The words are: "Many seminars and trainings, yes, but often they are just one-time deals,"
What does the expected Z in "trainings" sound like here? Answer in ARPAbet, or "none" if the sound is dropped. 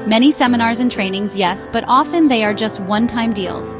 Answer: Z